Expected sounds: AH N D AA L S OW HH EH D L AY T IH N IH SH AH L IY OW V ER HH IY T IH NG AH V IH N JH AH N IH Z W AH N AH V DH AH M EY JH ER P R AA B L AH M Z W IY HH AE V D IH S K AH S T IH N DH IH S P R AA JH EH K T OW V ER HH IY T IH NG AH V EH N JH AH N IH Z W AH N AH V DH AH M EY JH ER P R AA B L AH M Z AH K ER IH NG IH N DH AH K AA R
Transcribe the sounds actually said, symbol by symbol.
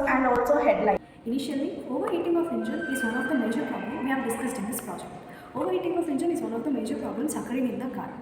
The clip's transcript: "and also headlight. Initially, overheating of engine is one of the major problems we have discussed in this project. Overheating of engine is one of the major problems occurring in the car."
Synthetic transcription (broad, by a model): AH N D AA L S OW HH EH D L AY IH N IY SH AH L IY OW V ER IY T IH NG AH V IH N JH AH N IH Z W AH L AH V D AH M EY JH ER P R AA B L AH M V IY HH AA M D IH S K AH S T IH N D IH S P R AA JH EH K T OW V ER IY T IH NG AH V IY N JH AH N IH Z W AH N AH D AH M EY JH ER P R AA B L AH M S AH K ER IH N IH N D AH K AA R